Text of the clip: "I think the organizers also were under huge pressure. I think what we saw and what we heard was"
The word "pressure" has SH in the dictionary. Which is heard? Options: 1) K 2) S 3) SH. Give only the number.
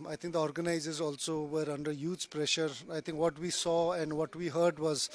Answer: 3